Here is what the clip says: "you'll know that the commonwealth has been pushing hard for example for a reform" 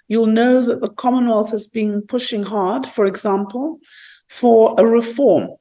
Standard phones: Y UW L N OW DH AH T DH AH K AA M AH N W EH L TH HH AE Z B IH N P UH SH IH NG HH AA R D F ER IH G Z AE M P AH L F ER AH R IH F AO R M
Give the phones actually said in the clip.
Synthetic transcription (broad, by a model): Y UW L N OW DH AH T DH AH K AA M AH N W EH L TH HH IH Z B IH N P UH SH IH NG HH AA R D F ER IH G Z AE M P AH L F ER AH R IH F AO R M